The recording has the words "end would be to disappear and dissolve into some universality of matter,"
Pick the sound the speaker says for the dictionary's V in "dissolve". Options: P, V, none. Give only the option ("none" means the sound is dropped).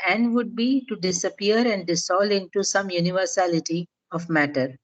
none